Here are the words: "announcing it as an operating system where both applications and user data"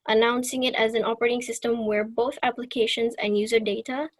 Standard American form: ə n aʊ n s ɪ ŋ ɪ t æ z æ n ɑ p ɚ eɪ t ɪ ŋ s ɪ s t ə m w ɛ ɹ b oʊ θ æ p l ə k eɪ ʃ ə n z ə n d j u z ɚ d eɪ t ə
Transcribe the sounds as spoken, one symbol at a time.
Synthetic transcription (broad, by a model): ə n aʊ n s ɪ ŋ ɪ t æ z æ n ɑ p ɚ eɪ t ɪ ŋ s ɪ s t ə m w ɛ ɹ b oʊ θ æ p l ə k eɪ ʃ ə n z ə n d j u z ɚ d eɪ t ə